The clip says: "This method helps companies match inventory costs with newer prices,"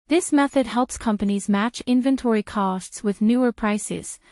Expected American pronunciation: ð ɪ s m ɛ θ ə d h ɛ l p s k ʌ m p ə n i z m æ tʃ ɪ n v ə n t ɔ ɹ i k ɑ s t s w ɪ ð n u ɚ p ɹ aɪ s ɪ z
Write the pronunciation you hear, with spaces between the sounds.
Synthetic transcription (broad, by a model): ð ɪ s m ɛ θ ə d h ɛ l p s k ʌ m p ə n i z m æ tʃ ɪ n v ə n t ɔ ɹ i k ɑ s t s w ɪ ð n u ɚ p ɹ aɪ s ɪ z